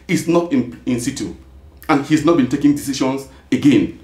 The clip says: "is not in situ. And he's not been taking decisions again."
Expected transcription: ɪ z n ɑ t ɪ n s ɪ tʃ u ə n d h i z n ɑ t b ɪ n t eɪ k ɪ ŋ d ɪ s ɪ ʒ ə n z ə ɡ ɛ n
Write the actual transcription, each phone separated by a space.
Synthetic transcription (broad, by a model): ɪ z n ɑ t ɪ n s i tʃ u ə n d h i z n ɑ t b ɪ n t eɪ k ɪ ŋ d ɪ s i ʃ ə n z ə ɡ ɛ n